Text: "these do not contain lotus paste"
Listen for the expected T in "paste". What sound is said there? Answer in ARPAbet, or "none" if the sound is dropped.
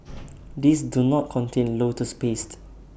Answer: T